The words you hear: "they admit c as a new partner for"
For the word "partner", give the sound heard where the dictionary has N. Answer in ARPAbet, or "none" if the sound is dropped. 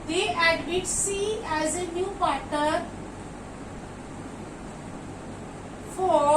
none